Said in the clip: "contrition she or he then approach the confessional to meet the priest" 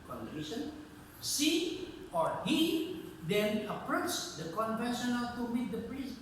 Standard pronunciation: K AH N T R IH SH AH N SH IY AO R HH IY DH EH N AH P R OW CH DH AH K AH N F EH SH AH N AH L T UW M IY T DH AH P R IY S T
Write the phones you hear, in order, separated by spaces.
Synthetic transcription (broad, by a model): K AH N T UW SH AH N S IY AO R HH IY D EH N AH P R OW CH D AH K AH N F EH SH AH N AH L T UW M IY T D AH P R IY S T